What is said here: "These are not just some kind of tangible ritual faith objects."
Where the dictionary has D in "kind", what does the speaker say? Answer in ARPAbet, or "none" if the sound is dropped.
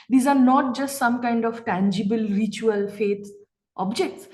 D